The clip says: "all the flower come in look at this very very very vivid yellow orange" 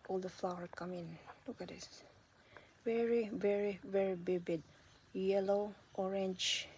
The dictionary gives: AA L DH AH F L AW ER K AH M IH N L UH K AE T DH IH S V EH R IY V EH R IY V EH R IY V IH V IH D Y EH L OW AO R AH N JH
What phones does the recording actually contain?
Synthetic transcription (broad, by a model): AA L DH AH F L AW ER K AH M IH N L UH K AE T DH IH S V EH R IY V EH R IY V EH R IY B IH B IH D Y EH L OW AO R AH N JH